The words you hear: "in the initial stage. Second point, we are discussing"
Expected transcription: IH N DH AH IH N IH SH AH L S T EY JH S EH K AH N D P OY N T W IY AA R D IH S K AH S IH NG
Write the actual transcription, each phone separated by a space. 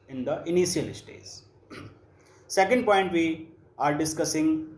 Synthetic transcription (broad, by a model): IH N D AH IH N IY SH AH L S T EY Z S EH K AH N D P OY N T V IY AA R D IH S K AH S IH NG